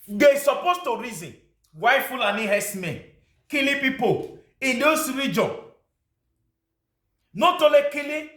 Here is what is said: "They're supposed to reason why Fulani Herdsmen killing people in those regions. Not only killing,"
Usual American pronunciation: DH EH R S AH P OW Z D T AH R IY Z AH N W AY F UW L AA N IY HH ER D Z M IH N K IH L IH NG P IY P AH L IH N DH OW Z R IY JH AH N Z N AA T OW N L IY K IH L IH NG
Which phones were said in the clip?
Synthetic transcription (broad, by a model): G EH S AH P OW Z T AH R IY Z AH N W AY F UW L AA N IY HH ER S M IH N K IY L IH P IY P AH IH N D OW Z R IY JH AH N N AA T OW L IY K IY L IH